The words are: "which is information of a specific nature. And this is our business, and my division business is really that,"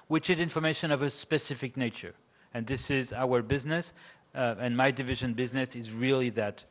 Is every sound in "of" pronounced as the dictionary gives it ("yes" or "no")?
yes